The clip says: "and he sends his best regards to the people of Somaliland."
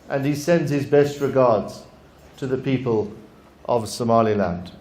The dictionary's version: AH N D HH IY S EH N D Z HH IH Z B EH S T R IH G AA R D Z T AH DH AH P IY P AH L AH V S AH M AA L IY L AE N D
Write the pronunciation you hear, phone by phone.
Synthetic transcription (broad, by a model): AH N IY S EH N D Z HH IH Z B EH S T R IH G AA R D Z T AH DH AH P IY P AH L AH V S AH M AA L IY L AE N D